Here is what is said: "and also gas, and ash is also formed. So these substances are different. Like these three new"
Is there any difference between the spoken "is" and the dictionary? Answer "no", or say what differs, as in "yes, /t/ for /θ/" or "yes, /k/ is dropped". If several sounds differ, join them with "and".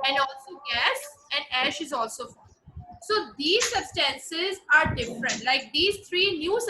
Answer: no